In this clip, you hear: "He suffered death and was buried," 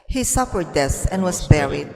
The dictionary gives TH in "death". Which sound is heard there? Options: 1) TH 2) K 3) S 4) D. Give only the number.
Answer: 3